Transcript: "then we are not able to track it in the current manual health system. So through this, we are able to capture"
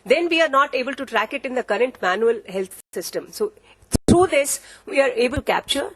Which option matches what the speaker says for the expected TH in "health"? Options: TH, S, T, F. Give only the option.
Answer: T